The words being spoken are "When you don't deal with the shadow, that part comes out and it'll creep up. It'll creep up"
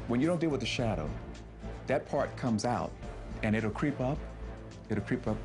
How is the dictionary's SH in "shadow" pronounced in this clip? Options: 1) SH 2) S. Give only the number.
1